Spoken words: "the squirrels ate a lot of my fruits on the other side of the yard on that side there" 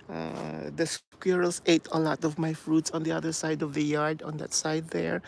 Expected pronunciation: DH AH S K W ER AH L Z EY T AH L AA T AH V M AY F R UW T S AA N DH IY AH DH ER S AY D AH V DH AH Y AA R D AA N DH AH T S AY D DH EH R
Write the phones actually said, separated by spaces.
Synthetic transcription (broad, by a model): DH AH S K W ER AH L S EY T AH L AA T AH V M AY F R UW T S AA N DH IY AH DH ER S AY D AH V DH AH Y AA R D AA N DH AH T S AY D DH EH R